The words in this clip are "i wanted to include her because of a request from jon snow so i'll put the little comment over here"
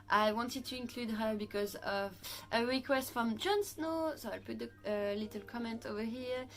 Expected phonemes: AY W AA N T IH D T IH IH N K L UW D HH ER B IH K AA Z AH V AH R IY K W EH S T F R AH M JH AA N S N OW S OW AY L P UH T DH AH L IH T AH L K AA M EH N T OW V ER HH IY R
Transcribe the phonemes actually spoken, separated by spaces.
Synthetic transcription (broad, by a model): AY W AA N T IH D T IH IH N K L UW D HH ER B IH K AA Z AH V AH R IY K W EH S T F R AH M JH AA N S N OW S OW AY L P UH T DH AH L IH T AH L K AA M EH N T OW V ER HH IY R